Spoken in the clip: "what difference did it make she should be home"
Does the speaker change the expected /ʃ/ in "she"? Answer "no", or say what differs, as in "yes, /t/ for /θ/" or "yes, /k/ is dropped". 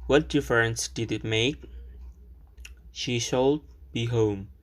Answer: no